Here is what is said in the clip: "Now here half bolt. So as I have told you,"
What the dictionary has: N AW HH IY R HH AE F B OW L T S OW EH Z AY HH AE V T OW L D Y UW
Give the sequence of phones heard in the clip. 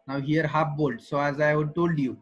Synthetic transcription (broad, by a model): N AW HH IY R HH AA P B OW L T S OW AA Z AY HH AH T OW L D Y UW